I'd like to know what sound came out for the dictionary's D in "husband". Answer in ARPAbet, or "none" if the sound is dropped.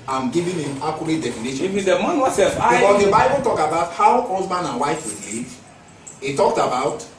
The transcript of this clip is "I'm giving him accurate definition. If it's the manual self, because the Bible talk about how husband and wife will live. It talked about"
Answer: none